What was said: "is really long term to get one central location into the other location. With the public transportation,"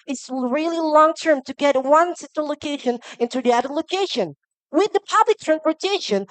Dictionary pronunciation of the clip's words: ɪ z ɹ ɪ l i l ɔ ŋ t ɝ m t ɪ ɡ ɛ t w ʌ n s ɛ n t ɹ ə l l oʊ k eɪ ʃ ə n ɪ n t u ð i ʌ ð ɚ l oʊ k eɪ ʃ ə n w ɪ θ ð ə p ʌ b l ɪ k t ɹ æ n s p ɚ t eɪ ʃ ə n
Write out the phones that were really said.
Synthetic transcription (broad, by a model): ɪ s ɹ ɪ l i l ɔ ŋ t ɝ m t ɪ ɡ ɛ t w ʌ n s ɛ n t ə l l oʊ k eɪ ʃ ə n ɪ n t u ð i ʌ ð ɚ l oʊ k eɪ ʃ ə n w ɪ ð ə p ʌ b l ɪ k t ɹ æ n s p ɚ t eɪ ʃ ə n